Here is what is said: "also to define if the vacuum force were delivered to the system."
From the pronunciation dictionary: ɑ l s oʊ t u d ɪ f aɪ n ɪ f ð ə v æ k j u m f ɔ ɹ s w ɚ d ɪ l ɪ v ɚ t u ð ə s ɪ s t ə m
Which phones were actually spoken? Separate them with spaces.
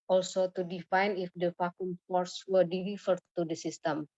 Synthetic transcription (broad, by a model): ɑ l s oʊ t u d ɪ f aɪ n ɪ f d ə f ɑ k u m f ɔ ɹ s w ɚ d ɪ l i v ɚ t u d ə s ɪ s t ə m